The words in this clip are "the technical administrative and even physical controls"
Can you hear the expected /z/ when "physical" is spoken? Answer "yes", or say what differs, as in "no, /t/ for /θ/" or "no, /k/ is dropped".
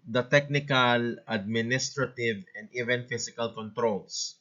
no, /s/ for /z/